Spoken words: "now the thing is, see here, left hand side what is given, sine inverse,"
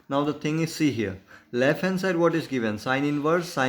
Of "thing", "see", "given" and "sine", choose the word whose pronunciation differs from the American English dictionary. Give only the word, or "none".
thing